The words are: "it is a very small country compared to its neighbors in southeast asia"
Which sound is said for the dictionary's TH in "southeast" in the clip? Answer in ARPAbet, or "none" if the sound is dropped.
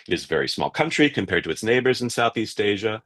TH